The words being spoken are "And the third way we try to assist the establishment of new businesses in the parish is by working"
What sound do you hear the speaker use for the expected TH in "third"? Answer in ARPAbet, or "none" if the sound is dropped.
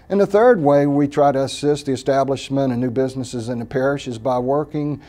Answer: TH